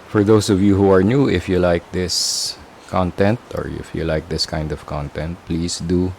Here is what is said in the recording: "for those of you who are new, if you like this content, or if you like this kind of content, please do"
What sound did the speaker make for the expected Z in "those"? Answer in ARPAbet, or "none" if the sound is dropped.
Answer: S